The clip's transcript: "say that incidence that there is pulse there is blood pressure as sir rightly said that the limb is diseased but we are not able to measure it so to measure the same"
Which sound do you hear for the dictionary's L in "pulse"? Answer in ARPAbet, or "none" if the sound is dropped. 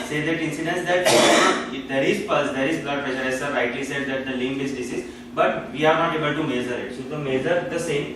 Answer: none